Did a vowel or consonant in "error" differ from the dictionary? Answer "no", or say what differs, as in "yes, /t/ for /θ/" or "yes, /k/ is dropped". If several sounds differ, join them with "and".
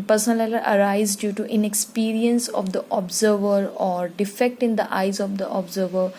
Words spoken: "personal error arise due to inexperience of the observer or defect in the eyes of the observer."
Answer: yes, /l/ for /ɹ/